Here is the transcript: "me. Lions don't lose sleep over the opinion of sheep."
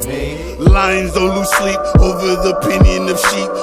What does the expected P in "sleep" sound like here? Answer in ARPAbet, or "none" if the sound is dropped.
none